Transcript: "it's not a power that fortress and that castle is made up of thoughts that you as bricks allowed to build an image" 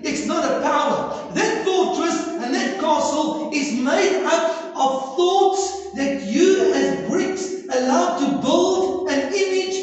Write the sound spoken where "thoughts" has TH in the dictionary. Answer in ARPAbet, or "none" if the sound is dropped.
TH